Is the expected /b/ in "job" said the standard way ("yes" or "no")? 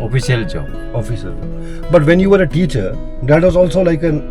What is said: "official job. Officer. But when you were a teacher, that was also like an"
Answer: no